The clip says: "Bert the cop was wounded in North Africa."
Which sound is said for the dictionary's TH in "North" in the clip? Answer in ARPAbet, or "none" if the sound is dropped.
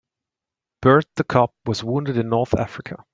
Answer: TH